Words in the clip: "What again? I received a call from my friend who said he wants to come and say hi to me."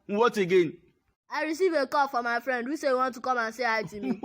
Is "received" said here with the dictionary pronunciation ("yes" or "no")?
no